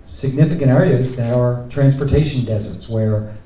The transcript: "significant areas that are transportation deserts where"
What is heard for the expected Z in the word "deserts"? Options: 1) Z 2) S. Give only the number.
1